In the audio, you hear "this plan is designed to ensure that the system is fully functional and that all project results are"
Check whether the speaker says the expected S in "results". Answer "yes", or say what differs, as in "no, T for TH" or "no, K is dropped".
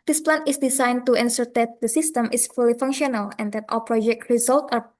no, S is dropped